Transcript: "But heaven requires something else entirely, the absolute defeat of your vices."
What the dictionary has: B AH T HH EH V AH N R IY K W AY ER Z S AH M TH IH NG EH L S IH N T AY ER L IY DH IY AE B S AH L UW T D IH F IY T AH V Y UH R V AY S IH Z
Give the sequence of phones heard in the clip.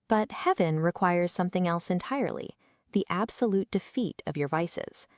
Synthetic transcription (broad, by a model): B AH T HH EH V AH N R IY K W AY ER Z S AH M TH IH NG EH L S IH N T AY ER L IY DH IY AE B S AH L UW T D IH F IY T AH V Y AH R V AY S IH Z